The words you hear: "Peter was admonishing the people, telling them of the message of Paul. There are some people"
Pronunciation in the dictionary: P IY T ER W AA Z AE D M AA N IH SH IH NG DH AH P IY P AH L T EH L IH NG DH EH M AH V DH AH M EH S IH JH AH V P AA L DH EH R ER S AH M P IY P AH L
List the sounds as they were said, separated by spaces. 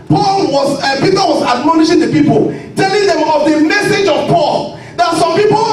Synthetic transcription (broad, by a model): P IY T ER W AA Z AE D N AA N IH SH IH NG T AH P IY P AH L T EH L IH NG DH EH M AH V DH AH M EH S IH JH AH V P AA L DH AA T S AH M P IY P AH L